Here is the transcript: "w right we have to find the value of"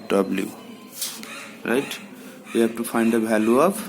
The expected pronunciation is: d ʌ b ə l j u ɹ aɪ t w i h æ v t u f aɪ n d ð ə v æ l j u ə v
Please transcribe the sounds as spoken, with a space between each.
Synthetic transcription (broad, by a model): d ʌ b l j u ɹ aɪ t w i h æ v t u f aɪ n d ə b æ l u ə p